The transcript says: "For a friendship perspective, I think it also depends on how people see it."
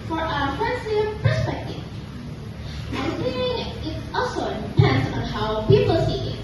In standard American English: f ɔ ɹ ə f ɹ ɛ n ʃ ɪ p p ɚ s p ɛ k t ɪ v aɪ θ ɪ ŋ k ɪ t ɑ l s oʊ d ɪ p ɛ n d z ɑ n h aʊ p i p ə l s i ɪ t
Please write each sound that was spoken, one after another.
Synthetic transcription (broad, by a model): f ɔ ɹ ə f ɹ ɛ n s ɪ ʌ p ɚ s p ɛ k t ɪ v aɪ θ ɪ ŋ ɪ t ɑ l s oʊ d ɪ p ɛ n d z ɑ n h aʊ p i p ə l s i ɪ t